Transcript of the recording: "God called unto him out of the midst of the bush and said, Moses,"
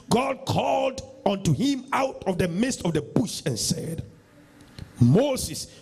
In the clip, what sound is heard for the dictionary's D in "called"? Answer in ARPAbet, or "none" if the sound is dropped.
D